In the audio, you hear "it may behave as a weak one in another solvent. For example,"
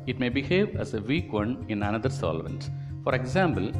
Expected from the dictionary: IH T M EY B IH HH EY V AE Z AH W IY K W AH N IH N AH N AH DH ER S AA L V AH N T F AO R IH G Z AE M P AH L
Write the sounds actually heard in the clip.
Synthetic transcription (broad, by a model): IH T M EY B IH HH EY V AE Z AH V IY K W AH N IH N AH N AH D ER S AA L V AH N T F AO R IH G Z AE M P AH L